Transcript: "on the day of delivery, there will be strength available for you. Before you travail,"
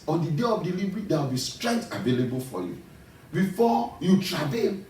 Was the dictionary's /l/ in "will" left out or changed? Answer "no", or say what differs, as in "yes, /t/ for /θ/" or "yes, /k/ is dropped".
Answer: yes, /w/ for /l/